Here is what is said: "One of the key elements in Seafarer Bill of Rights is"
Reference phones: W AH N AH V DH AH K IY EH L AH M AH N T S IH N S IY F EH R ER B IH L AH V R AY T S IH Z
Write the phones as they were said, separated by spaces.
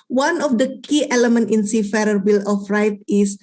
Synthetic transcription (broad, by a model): W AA N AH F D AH K IY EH L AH M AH N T IH N S IY F EH R ER B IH L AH F R AY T IH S